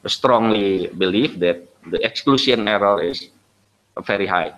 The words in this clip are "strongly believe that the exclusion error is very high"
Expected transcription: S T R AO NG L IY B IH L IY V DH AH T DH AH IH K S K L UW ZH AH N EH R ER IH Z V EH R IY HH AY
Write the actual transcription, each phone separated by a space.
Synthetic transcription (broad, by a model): S T R AO NG L IY B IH L IY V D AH T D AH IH K S K L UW S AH N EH R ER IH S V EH R IY HH AY